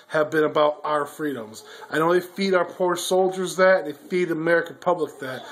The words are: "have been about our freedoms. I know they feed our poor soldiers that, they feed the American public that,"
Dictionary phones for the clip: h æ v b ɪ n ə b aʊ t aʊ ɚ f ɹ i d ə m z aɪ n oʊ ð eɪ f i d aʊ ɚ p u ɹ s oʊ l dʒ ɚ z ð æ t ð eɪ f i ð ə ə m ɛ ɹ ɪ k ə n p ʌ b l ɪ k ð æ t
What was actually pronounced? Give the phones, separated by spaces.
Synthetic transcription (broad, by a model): h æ v b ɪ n ə b aʊ t aʊ ɚ f ɹ i d ə m z aɪ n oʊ ð eɪ f i d aʊ ɚ p u ɹ s oʊ l dʒ ɚ z ð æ t ð eɪ f i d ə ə m ɛ ɹ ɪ k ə n p ʌ b l ɪ k ð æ t